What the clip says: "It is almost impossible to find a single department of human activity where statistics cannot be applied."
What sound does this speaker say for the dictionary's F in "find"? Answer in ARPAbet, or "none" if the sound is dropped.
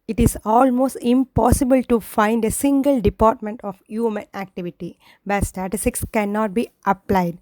F